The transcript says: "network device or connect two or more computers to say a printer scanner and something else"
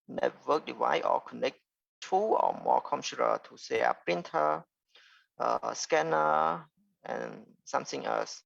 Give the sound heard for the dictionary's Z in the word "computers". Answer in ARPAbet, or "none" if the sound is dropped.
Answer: none